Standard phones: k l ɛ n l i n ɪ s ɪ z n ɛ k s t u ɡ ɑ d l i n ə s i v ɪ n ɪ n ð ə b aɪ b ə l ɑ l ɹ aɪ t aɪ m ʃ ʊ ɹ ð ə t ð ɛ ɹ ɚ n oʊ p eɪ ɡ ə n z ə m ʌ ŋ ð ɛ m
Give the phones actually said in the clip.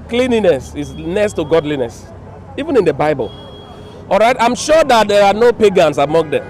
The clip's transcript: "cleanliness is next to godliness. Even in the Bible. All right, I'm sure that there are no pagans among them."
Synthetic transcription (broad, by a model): k l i n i n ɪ s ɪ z n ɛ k s t u ɡ ɑ d l i n ə s i v ɪ n ɪ n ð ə b aɪ b ə l ɑ l ɹ aɪ t aɪ m ʃ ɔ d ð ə t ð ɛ ɹ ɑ n oʊ p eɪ ɡ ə n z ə m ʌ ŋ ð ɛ m